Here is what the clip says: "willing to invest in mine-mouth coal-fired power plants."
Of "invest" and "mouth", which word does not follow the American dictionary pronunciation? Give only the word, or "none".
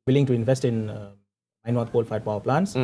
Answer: mouth